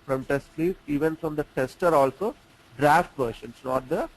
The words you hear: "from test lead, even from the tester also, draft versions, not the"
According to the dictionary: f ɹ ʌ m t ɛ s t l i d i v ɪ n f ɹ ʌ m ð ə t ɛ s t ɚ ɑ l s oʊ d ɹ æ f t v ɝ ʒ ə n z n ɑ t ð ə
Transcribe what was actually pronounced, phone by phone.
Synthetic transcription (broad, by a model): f ɹ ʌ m t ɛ s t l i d i v ɪ n f ɹ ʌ m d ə t ɛ s t ɚ ɑ l s oʊ d ɹ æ f t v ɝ ʃ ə n s n ɑ t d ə